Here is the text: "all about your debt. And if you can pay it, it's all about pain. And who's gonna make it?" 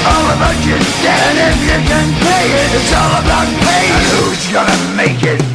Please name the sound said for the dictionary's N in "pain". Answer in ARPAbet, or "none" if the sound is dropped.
none